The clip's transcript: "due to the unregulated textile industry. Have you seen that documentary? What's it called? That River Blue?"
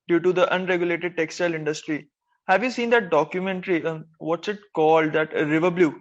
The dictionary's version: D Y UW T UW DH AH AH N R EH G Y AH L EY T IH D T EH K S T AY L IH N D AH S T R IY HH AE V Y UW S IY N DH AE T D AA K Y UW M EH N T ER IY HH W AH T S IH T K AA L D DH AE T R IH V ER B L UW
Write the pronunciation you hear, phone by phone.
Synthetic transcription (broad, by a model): D Y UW T UW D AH AH N R EH G Y AH L EY T IH D T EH K S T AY L IH N D AH S T R IY HH AE V Y UW S IY N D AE T D AA K Y UW M EH N T ER IY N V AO T S IH T K AA L D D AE T R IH V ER B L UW